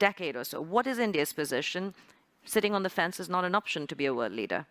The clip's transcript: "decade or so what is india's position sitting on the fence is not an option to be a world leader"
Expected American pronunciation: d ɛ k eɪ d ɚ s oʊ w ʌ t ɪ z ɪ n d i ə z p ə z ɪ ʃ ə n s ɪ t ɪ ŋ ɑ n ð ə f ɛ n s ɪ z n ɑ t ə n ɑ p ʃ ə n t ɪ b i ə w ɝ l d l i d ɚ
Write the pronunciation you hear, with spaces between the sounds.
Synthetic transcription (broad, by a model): ɛ k eɪ d ɚ s oʊ w ʌ t ɪ z ɪ n d i ə z p ə z ɪ ʃ ə n s ɪ t ɪ ŋ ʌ n ð ə f ɛ n s ɪ z n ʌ t ə n ɑ p ʃ ə n t ɪ b i ə w ɝ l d l i d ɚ